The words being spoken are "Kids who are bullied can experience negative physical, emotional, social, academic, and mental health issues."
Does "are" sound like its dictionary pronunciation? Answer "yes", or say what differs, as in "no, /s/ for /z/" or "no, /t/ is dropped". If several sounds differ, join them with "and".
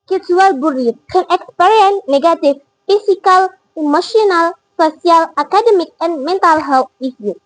no, /l/ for /ɹ/